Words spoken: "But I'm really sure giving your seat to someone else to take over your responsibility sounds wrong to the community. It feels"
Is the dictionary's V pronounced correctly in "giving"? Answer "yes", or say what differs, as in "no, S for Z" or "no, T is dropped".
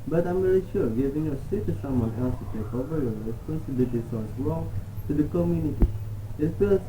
yes